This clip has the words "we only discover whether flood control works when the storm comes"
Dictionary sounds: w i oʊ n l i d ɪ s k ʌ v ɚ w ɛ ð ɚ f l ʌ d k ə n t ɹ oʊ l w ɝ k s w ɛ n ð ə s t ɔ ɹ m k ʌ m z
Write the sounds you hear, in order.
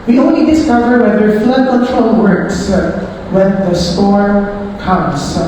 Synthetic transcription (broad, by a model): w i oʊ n i d ɪ s k ʌ v ɚ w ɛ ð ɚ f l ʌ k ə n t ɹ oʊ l w ɝ k s w ɛ n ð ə s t ɔ ɹ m k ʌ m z